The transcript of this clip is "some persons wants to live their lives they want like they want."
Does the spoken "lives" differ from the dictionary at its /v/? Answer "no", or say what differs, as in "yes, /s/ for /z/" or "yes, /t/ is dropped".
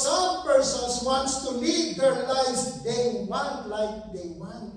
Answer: yes, /v/ is dropped